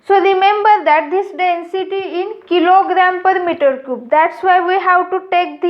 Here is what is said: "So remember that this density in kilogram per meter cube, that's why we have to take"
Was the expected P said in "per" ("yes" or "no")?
yes